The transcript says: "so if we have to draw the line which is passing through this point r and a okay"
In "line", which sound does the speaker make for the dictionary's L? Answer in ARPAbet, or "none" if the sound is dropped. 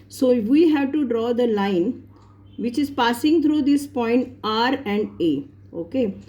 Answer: L